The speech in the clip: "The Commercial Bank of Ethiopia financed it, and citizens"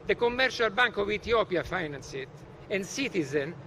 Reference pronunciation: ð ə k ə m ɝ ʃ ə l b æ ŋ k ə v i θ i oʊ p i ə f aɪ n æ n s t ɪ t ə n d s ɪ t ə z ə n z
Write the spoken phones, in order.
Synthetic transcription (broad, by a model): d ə k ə m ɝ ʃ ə l b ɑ ŋ k ə v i t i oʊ p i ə f aɪ n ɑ n s ɪ t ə n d s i t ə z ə n